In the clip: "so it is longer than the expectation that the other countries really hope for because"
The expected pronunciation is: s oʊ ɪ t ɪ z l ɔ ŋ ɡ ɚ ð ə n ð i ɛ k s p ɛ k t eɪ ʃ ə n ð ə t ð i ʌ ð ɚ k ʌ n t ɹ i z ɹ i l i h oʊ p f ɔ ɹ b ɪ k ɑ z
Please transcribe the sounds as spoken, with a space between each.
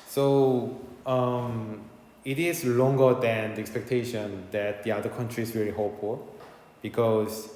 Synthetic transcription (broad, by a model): s oʊ ɪ t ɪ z l ɔ ŋ ɡ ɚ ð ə n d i ɛ k s p ɛ k t eɪ ʃ ə n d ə t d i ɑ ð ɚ k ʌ n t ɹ i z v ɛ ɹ i h oʊ p f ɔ l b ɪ k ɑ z